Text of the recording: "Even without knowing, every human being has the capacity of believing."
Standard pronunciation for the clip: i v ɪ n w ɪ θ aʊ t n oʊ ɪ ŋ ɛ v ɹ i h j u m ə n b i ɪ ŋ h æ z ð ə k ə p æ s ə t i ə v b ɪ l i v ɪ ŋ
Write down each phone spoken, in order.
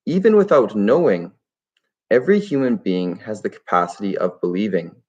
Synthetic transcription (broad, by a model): i v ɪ n w ɪ θ aʊ t n oʊ ɪ ŋ ɛ v ɹ i h j u m ə n b i ɪ ŋ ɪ z ð ə k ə p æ s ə t i ə v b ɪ l i v ɪ ŋ